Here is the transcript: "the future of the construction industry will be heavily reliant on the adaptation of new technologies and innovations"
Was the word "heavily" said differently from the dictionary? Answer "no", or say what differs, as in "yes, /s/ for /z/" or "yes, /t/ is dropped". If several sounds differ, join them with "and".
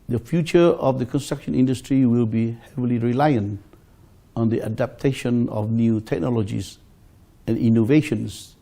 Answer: no